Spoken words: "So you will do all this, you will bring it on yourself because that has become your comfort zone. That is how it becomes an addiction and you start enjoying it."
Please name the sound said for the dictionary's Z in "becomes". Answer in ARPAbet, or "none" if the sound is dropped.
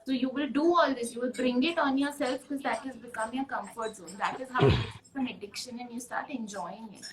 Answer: none